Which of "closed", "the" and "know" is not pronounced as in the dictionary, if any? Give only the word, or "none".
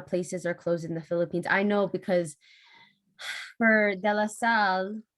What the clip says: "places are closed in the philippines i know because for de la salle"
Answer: none